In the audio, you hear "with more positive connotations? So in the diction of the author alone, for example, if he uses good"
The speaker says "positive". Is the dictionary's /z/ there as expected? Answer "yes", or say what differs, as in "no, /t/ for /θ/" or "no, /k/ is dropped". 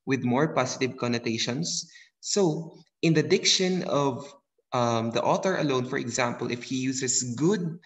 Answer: no, /s/ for /z/